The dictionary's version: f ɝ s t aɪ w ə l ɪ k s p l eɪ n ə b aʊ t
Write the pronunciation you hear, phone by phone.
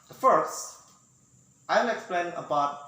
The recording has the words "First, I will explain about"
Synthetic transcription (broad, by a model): f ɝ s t aɪ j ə n ɪ k s p l eɪ n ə b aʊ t